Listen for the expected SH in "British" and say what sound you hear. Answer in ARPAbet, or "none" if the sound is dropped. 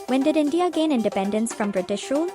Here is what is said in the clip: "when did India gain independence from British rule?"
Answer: SH